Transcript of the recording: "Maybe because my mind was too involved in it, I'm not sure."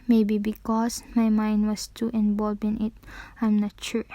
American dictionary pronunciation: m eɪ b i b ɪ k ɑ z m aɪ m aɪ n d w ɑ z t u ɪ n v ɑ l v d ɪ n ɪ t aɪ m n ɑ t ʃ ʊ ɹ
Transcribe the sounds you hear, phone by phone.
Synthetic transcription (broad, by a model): m eɪ b i b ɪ k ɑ s m aɪ m aɪ n d w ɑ s t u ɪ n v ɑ l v ɪ n ɪ t aɪ m n ɑ t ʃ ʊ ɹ